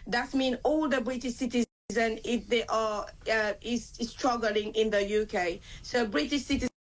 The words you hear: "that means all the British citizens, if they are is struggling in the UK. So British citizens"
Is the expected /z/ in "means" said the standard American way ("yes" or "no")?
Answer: no